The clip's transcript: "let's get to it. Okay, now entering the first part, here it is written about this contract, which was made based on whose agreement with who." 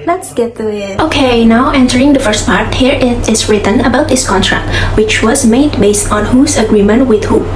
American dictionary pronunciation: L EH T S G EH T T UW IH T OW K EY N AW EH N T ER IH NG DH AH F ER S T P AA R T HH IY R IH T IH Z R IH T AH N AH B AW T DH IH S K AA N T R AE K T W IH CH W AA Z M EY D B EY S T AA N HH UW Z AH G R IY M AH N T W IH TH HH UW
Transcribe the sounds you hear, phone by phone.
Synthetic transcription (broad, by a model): L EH T S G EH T T UW IH T OW K EY N AW EH N T ER IH NG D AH F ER S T P AA R T HH IY R IH T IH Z R IH T AH N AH B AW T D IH S K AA N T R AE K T W IH CH W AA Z M EY D B EY S T AA N HH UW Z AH G R IY M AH N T W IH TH HH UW